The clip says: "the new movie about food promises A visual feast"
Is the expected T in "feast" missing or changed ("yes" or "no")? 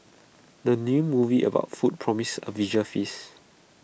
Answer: yes